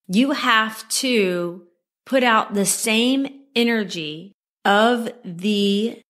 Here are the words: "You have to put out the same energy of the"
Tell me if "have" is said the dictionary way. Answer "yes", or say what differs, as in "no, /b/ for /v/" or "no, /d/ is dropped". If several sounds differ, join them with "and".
no, /f/ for /v/